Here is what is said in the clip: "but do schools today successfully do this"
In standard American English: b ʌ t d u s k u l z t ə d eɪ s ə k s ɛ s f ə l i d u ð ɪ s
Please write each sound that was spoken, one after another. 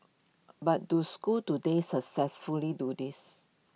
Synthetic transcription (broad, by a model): b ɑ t d u s k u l t ə d eɪ s ə k s ɛ s f ə l i d u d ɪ s